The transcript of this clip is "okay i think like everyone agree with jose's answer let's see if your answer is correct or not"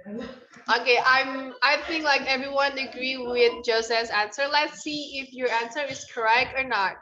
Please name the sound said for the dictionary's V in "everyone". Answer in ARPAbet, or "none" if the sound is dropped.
V